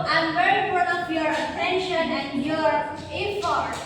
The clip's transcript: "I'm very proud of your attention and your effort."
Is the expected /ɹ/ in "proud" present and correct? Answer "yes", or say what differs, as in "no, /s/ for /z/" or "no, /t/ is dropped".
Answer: no, /ɹ/ is dropped